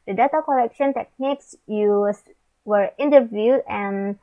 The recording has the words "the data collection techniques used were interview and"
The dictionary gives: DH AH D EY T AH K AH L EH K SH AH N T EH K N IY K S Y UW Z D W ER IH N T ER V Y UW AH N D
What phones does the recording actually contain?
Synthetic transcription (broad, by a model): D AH D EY T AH K AH L EH K SH AH N T EH K N IY K S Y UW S W ER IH N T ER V Y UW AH N